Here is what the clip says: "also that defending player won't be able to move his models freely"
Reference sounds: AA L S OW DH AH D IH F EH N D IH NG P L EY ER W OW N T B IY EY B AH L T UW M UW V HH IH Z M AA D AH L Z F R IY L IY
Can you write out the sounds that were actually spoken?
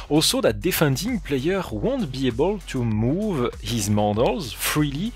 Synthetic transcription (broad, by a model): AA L S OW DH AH D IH F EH N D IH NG P L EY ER W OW N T B IY EY B AH L T UW M UW V HH IH Z M AA D AH L Z F R IY L IY